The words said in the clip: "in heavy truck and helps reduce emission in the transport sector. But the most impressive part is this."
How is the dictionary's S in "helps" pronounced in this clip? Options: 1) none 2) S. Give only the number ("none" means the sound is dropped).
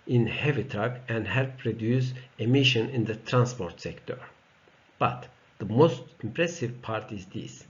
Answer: 1